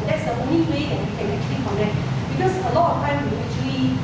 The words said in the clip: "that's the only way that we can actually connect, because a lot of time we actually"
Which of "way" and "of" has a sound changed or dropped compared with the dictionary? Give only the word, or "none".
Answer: of